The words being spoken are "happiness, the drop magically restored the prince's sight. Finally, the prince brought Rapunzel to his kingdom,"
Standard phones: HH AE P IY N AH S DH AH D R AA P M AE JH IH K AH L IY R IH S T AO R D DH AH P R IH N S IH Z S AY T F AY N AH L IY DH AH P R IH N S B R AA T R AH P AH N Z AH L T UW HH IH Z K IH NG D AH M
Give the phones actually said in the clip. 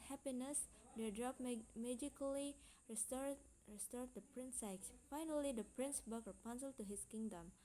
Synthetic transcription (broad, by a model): HH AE P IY N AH S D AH D R AA P M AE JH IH K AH L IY R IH S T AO R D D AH P R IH N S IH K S F AY N AH L IY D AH P R IH N S B AA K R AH P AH N S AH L T UW HH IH S K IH NG D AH M